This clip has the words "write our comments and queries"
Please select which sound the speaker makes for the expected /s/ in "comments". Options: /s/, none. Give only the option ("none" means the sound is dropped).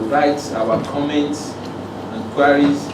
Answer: /s/